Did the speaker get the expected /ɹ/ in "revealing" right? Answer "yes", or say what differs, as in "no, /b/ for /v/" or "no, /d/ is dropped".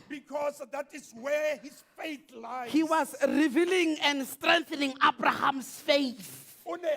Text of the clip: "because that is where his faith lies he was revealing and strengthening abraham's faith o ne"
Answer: yes